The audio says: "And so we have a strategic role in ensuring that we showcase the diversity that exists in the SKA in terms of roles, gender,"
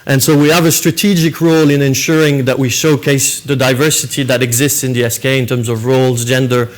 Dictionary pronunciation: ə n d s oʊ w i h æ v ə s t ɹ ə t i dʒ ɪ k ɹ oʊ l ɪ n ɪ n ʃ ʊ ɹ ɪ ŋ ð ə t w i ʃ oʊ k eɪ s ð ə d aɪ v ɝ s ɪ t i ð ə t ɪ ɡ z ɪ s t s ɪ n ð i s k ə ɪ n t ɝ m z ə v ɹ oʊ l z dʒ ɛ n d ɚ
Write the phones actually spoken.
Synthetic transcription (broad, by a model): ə n s oʊ w i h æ v ə s t ɹ ə t i dʒ ɪ k ɹ oʊ l ɪ n ɪ n ʃ ʊ ɹ ɪ ŋ ð ə t w i ʃ oʊ k eɪ s ð ə d aɪ v ɝ s ɪ t i ð ə t ɪ ɡ z ɪ s t s ɪ n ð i s k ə ɪ n t ɝ m z ə v ɹ oʊ l z dʒ ɛ n d ɚ